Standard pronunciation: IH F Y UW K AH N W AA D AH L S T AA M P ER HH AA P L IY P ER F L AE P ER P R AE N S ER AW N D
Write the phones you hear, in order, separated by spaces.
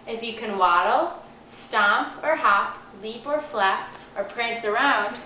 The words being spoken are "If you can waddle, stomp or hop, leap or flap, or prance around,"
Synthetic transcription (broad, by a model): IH F Y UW K AH N W AA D L S T AA M P ER HH AA P L IY P ER F L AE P ER P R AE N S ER AW N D